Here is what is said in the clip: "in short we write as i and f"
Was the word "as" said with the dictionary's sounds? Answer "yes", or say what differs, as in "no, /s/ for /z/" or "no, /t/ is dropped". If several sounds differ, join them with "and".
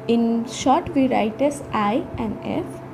no, /s/ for /z/